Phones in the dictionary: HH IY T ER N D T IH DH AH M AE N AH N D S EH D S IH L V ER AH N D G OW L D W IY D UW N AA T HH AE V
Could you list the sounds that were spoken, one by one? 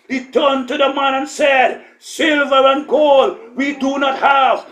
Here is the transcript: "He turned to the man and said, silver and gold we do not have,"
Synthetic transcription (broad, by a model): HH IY T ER N T IH DH AH M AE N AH N S EH D S IH L V ER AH N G OW L W IY D UW N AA T HH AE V